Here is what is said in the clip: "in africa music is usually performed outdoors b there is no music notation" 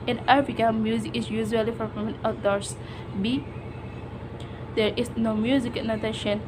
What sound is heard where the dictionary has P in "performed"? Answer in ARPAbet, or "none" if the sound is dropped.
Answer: F